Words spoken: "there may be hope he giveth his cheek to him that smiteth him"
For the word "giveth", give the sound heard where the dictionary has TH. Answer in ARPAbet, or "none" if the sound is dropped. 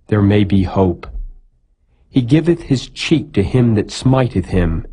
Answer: TH